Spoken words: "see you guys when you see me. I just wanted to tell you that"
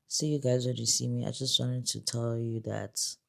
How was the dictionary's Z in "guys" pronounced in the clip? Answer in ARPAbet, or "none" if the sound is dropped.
Z